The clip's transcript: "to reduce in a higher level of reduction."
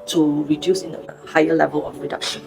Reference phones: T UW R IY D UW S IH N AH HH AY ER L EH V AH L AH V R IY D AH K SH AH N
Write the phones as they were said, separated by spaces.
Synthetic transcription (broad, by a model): T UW R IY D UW S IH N AH HH AY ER L EH V AH L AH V R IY D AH K SH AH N